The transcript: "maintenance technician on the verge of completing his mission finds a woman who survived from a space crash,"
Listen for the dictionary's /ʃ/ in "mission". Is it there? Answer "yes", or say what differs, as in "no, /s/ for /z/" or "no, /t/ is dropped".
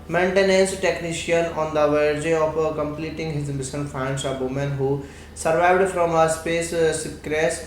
no, /s/ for /ʃ/